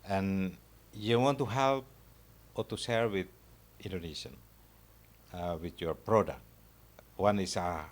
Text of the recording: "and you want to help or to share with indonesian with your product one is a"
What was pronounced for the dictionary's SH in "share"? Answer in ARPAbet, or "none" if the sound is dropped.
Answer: S